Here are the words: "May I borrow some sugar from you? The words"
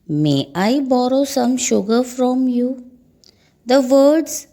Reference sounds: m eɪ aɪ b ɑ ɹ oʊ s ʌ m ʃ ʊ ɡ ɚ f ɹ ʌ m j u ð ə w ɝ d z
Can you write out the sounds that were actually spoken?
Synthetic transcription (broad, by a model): m eɪ aɪ b ɑ ɹ oʊ s ʌ m ʃ ʊ ɡ ɚ f ɹ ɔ m j u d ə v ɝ d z